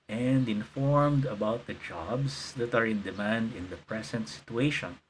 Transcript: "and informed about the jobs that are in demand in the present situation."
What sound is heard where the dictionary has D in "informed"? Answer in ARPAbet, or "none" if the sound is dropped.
D